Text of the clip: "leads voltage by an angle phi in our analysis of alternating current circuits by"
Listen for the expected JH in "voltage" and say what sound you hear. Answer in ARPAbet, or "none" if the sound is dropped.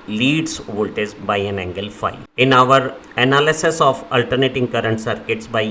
Z